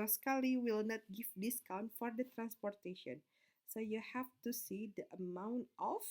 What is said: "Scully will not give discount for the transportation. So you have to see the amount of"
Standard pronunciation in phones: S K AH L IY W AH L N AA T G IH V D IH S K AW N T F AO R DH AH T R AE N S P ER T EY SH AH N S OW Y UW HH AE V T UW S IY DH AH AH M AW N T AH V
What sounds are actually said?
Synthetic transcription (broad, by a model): S K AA L IY W AH L N AA T G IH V D IH S K AW N T F AO R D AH T R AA N S P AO T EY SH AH N S OW Y UW HH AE F T UW S IY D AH AH M AW N T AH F